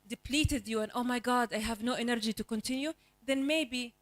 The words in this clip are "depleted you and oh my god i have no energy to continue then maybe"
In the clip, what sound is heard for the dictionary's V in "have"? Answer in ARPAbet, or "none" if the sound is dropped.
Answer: V